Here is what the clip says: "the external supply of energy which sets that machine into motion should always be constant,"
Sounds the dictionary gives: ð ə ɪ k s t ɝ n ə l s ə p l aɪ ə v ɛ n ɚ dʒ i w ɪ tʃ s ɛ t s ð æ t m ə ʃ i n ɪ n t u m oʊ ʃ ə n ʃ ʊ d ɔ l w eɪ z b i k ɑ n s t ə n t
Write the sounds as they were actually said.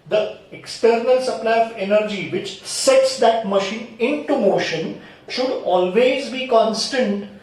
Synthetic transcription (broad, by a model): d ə ɪ k s t ɝ n ə l s ə p l aɪ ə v ɛ n ɚ dʒ i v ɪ tʃ s ɛ t s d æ t m ə ʃ i n ɪ n t u m oʊ ʃ ə n ʃ ʊ d ɔ l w eɪ z b i k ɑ n s t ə n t